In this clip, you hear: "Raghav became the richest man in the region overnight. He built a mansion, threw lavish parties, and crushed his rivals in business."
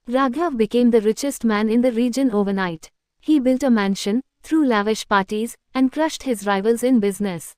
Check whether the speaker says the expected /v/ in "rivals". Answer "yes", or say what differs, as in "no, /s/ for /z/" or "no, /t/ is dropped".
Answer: yes